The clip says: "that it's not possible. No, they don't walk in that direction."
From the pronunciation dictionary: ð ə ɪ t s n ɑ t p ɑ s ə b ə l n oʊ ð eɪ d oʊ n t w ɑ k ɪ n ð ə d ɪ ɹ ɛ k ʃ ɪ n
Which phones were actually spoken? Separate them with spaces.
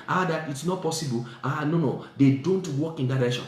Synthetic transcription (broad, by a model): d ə ɪ t s n ɑ t p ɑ s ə b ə n n oʊ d eɪ d oʊ n t w ɑ k ɪ n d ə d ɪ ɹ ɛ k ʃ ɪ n